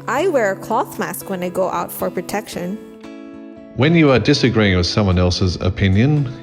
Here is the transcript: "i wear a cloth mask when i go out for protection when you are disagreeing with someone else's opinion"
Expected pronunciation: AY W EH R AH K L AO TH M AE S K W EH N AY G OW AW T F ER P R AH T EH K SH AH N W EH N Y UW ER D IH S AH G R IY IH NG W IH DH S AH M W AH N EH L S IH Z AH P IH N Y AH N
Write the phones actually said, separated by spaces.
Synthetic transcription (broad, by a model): AY W EH R AH K L AO TH M AE S K W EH N AY G OW AW T F ER P R AH T EH K SH AH N W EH N Y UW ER D IH S AH G R IY IH NG W IH DH S AH M W AH N EH L S IH Z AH P IH N Y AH N